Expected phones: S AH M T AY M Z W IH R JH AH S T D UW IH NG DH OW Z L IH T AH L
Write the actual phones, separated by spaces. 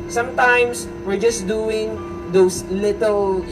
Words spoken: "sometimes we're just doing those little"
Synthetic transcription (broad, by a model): S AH M T AY M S W IH R JH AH S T D UW IH NG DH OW S L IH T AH L